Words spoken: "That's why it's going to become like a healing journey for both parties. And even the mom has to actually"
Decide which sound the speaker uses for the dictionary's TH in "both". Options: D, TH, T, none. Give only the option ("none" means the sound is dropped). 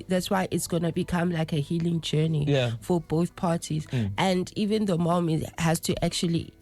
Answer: TH